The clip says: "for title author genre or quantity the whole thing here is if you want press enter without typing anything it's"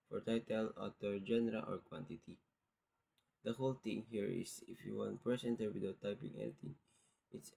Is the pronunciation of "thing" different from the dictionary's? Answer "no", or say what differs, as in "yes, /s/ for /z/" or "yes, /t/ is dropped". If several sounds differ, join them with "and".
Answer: yes, /t/ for /θ/